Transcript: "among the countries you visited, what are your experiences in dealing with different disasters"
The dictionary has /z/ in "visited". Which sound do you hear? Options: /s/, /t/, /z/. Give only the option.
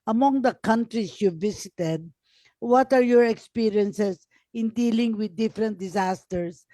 /s/